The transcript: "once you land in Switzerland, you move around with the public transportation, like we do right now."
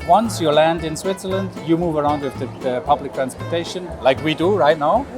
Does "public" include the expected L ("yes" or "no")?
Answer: yes